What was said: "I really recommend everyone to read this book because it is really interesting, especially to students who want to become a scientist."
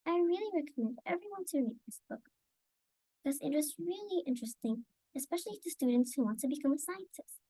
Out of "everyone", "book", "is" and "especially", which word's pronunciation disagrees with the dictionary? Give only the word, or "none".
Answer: none